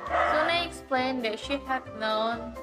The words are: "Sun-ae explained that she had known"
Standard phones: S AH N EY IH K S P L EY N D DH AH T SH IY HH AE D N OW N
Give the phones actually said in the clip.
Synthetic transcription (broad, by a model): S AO N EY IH K S P L EY N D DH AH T SH IY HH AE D N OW N